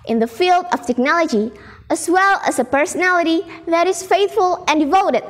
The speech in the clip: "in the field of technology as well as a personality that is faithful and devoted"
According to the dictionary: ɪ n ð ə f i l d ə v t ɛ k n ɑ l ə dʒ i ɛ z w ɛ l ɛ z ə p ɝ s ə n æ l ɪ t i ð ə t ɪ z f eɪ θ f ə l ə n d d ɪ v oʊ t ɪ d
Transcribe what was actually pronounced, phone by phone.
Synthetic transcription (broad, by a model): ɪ n ð ə f i l d ə v t ɛ k n ɑ l ə dʒ i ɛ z w ɛ l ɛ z ə p ɝ s ə n æ l ɪ t i ð ə t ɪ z f eɪ θ f ə l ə n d d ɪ v oʊ t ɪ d